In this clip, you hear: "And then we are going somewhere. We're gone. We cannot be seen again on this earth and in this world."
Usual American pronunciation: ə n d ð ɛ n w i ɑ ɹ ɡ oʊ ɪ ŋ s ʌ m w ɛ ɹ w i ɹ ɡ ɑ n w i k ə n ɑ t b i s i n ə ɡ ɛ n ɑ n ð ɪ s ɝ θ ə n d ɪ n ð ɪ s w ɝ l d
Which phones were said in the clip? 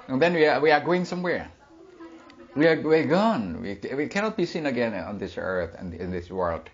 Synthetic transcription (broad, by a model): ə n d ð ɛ n w i ɑ ɹ ɡ oʊ ɪ ŋ s ʌ m w ɛ ɹ w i w ɡ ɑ n w i k ə n ɑ t b i s i n ə ɡ ɛ n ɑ n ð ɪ s ɝ θ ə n ɪ n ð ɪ s w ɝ l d